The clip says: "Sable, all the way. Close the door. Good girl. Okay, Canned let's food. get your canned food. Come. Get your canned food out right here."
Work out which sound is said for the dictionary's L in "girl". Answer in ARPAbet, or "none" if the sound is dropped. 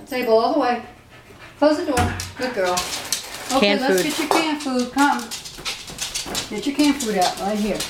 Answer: L